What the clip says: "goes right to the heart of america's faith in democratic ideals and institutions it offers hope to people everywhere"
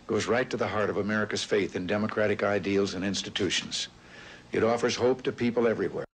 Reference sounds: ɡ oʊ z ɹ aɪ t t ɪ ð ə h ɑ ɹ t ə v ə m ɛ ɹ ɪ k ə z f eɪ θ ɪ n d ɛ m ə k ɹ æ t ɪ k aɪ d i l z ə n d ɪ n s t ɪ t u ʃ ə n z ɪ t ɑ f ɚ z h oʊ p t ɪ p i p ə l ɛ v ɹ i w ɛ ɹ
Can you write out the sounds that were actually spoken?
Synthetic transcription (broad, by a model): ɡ oʊ z ɹ aɪ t t ɪ ð ə h ɑ ɹ t ə v ə m ɛ ɹ ɪ k ə z f eɪ θ ɪ n d ɛ m ə k ɹ æ t ɪ k aɪ d i l z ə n ɪ n s t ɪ t u ʃ n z ɪ t ɑ f ɚ z h oʊ p t ɪ p i p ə l ɛ v ɹ i w ɛ ɹ